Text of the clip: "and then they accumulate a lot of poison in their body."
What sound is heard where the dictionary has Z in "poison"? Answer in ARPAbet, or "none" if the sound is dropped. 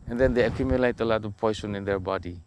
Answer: S